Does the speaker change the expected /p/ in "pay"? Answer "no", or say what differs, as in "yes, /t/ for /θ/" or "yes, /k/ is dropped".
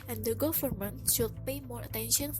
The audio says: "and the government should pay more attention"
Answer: no